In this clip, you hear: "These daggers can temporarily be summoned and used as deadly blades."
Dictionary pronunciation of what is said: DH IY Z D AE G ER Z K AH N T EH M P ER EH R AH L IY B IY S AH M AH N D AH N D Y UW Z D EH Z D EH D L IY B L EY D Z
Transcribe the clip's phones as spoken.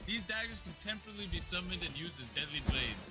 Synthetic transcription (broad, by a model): DH IY Z D AE G ER Z K AH N T EH M P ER R L IY B IY S AH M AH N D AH N Y UW Z D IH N D EH D L IY B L EY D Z